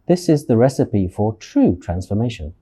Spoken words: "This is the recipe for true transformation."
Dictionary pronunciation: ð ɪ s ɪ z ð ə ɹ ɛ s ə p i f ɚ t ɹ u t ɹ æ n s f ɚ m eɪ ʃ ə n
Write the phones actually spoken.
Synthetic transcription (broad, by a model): ð ɪ s ɪ z ð ə ɹ ɛ s ə p i f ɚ t ɹ u t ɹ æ n s f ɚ m eɪ ʃ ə n